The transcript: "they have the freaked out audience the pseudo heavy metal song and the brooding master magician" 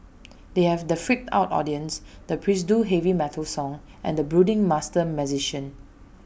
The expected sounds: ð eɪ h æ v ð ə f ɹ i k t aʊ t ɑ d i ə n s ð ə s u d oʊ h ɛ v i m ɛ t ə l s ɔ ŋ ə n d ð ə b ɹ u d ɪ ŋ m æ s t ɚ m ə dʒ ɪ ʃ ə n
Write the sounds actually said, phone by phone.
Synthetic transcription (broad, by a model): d eɪ h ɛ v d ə f ɹ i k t aʊ t ɑ d i ə n s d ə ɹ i d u h ɛ v i m ɛ t ə l s ɔ ŋ ə n d ə b ɹ u d ɪ ŋ m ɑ s t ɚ m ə z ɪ ʃ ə n